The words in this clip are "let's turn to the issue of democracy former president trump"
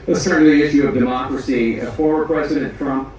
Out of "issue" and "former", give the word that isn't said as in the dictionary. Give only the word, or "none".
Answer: former